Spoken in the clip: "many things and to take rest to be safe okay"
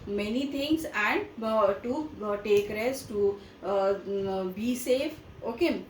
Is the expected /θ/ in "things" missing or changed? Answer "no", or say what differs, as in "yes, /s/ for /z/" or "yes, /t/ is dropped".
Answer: yes, /t/ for /θ/